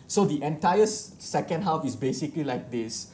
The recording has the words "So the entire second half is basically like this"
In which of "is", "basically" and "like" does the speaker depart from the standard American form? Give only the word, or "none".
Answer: is